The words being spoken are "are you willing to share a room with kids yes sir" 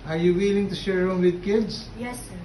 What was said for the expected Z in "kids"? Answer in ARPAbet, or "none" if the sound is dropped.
S